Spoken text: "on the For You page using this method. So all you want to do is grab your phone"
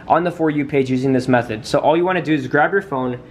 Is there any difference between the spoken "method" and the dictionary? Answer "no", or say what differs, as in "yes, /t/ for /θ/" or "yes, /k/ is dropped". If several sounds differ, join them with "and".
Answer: no